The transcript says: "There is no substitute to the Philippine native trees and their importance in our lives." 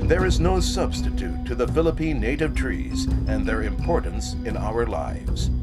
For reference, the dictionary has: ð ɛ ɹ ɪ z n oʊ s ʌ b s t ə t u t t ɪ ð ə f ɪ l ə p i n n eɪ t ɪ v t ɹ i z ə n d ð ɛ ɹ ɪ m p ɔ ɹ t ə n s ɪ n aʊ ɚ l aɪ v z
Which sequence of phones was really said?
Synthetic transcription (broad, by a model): ð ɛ ɹ ɪ z n oʊ s ʌ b s t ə t u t t ɪ ð ə f ɪ l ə p i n n eɪ t ɪ v t ɹ i z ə n ð ɛ ɹ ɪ m p ɔ ɹ t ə n s ɪ n aʊ ɚ l aɪ v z